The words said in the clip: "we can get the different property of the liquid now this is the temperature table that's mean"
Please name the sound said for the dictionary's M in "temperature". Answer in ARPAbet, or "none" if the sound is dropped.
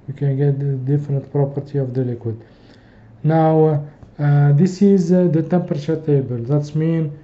M